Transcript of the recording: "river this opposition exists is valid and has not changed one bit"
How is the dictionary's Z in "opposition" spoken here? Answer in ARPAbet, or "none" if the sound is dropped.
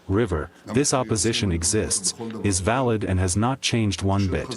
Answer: Z